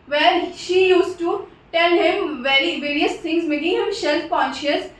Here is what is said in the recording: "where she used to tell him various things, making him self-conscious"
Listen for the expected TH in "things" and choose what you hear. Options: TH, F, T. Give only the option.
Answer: T